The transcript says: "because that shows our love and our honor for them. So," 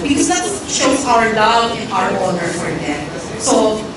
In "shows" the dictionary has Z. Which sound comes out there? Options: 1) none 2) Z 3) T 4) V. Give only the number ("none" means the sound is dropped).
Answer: 1